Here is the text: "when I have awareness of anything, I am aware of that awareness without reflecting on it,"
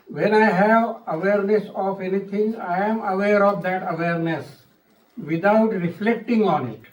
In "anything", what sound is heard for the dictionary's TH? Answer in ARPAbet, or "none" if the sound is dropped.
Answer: T